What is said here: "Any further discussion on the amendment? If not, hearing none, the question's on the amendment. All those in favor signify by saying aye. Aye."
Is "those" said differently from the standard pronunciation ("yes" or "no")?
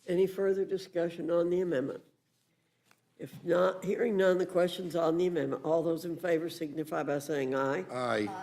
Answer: no